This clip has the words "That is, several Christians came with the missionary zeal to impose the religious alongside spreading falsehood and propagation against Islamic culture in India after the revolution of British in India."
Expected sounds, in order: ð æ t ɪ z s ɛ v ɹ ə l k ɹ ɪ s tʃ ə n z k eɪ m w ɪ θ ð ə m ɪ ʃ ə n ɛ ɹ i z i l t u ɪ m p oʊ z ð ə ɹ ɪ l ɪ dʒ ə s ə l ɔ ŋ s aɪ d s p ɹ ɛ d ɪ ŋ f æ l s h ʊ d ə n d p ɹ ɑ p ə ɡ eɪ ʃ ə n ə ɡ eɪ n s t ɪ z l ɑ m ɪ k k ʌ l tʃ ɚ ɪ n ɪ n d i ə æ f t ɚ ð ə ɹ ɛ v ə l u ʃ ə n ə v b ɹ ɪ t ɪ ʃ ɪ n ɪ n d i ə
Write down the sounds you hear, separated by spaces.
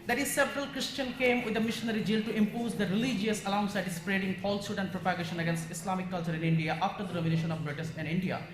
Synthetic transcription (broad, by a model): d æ t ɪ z s ɛ v ɹ ə l k ɹ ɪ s tʃ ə n k eɪ m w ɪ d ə m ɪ ʃ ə n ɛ ɹ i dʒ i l t u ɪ m p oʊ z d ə ɹ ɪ l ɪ dʒ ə s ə l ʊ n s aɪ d s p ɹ ɛ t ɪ ŋ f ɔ l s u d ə n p ɹ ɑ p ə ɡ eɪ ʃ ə n ə ɡ eɪ n s t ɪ s l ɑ m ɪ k k ʌ l tʃ ɚ ɪ n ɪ n d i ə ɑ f t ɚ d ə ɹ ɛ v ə n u ʃ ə n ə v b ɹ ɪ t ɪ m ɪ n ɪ n d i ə